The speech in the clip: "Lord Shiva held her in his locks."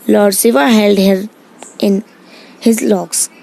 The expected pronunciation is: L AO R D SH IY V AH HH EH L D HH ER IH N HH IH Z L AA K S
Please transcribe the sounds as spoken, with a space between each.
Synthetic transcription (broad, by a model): L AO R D S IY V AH HH EH L D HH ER IH N HH IH Z L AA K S